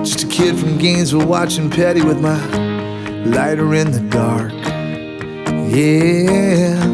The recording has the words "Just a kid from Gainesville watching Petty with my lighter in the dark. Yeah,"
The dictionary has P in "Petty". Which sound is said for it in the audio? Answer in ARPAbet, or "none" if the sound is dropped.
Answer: P